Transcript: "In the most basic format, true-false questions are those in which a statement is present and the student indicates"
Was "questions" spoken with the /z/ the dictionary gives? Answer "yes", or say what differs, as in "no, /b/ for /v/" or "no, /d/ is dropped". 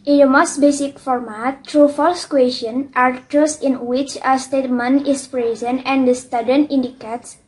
no, /z/ is dropped